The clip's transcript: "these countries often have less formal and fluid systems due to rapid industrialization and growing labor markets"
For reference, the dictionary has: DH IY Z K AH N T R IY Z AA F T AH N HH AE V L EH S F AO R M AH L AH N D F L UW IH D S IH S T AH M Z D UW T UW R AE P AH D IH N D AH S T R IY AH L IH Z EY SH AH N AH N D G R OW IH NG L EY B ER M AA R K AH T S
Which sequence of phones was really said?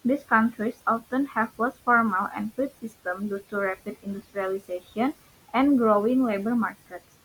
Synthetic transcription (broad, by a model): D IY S K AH N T R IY S AA F T AH N HH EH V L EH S F AO R M AH L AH N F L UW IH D S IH S T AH M D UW T UW R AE P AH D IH N D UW S T R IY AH L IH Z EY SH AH N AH N G R OW IH NG L EY B ER M AA R K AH T S